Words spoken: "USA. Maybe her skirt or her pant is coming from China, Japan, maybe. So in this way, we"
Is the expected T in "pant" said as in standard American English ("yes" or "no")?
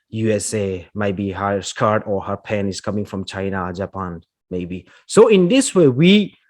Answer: no